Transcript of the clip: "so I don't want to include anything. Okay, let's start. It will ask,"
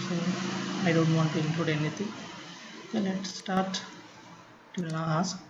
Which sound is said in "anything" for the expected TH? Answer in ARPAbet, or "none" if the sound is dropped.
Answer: T